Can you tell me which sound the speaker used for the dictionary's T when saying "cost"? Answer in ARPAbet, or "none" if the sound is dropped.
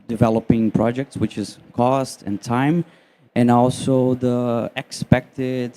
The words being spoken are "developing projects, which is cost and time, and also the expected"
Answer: T